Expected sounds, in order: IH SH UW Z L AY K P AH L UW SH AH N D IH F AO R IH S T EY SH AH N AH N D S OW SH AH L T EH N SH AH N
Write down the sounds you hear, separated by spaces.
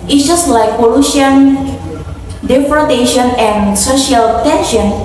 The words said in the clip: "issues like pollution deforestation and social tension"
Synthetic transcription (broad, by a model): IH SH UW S L AY K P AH L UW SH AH N D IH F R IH T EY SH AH N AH N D S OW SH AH L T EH N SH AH N